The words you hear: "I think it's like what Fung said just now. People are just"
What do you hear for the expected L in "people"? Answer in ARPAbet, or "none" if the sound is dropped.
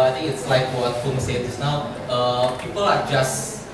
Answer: L